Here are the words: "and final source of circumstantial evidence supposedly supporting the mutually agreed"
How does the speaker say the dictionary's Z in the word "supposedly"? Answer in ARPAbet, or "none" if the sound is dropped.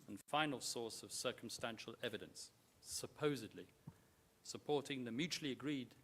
Z